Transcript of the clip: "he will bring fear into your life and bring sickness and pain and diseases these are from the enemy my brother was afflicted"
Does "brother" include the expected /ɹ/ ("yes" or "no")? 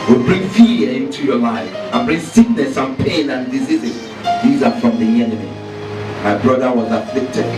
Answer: yes